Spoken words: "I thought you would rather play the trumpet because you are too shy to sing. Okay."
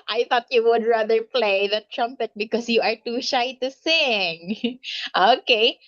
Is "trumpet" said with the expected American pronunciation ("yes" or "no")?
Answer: yes